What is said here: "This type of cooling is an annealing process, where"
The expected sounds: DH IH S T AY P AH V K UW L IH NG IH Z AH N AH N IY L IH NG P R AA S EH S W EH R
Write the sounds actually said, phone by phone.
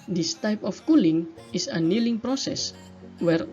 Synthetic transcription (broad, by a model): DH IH S T AY P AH F K UW L IH NG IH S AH AH N IY L IH NG P R AA S EH S W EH R